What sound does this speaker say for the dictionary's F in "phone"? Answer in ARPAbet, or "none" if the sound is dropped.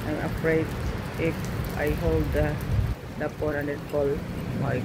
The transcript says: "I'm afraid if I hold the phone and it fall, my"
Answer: P